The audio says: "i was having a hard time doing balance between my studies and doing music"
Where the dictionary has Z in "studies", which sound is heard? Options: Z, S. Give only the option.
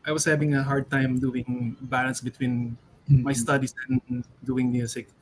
S